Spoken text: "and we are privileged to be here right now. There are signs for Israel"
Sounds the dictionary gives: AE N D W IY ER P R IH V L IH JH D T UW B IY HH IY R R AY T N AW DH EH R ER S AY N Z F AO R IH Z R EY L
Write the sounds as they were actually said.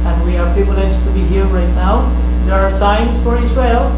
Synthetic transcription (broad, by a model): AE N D W IY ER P IH P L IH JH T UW B IY HH IY R R AY T N AW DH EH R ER S AY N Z F AO R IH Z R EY L